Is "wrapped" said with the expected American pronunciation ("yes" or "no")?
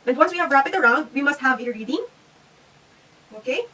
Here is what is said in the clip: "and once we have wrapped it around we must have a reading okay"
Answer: no